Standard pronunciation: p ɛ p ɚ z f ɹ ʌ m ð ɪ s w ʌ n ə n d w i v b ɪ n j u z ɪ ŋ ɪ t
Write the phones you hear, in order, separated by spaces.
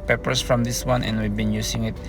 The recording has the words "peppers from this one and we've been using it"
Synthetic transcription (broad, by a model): p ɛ p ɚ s f ɹ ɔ m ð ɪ s w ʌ n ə n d w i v b ɪ n j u s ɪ ŋ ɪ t